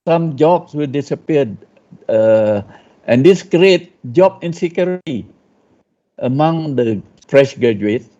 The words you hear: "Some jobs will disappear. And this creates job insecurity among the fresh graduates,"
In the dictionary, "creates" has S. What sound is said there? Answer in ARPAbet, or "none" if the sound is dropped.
none